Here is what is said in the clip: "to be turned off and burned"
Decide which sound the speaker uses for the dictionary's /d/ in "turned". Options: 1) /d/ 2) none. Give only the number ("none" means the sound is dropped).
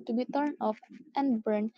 2